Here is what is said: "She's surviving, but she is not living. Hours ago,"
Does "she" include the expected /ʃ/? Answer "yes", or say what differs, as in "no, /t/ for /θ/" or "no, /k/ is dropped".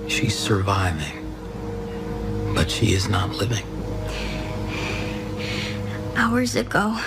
yes